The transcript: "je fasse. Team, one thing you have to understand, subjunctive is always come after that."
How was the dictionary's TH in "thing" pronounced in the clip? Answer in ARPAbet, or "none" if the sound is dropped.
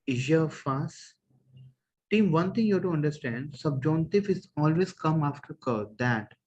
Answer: T